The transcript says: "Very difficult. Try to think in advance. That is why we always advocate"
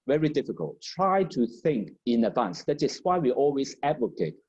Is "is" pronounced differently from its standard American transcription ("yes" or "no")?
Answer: yes